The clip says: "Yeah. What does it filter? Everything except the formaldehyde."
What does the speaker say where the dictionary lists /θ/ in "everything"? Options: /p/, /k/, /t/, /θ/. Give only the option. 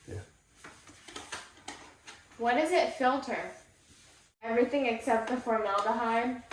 /θ/